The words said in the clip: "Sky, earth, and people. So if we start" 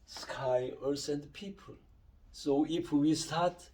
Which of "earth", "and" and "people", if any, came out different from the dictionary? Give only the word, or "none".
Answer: earth